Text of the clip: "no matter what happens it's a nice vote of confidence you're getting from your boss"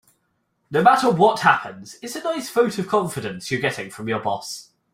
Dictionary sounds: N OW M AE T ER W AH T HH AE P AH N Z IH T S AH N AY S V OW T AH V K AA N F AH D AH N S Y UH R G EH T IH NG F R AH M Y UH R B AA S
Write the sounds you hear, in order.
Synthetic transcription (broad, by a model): N OW M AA T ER W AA T HH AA P AH N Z IH T S AH N AY S F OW T AH V K AA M F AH D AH N S Y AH G EH T IH NG F R AH M Y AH B AA S